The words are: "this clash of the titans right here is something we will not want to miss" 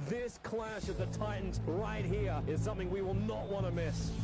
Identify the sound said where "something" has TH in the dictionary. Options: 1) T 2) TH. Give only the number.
2